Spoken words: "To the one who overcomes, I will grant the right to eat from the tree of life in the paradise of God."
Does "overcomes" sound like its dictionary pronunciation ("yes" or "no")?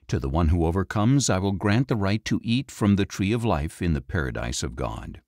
yes